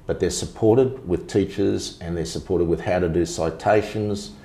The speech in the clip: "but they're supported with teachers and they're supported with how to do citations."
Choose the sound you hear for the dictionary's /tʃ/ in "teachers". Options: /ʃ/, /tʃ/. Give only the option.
/tʃ/